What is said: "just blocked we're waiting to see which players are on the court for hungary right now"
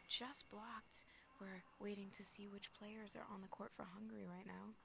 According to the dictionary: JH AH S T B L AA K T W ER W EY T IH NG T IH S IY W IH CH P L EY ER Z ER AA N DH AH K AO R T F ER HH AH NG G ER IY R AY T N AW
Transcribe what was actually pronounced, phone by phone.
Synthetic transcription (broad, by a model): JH AH S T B L AA K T W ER W EY T IH NG T IH S IY W IH CH P L EY ER Z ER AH N DH AH K AO R T F ER HH AH NG G ER IY R AY T N AW